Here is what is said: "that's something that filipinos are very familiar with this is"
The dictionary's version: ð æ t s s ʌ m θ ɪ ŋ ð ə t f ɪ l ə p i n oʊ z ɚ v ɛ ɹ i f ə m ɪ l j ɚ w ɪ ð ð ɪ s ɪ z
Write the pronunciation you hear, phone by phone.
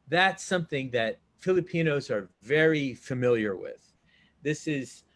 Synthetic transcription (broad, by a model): ð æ t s s ʌ m θ ɪ ŋ ð ə t f ɪ l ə p i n oʊ z ɚ v ɛ ɹ i f ə m ɪ l j ɚ w ɪ ð ð ɪ s ɪ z